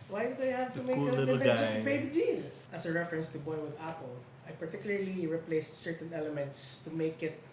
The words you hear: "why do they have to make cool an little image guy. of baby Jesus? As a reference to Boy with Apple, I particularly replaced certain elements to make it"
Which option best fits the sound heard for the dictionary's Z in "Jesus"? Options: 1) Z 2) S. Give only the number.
2